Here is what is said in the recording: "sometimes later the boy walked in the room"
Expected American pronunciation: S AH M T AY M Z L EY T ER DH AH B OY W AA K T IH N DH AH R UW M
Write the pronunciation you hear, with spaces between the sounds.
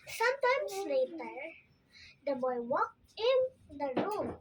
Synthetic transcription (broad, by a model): S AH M T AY M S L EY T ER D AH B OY W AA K IH N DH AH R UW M